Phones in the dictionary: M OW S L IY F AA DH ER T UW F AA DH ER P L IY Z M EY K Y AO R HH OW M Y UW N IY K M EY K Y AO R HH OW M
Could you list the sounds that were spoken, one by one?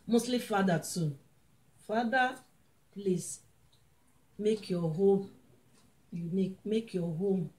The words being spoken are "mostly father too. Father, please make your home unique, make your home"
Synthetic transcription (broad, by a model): M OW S L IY F AA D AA T UW F AA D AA P L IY S M EY K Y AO HH OW M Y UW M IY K M EY K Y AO HH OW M